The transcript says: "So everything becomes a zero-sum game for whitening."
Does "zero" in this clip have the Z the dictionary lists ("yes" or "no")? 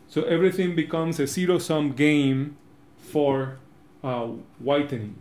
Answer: no